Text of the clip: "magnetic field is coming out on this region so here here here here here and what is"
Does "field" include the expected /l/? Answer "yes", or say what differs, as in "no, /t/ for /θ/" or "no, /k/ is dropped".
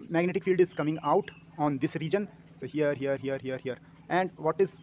yes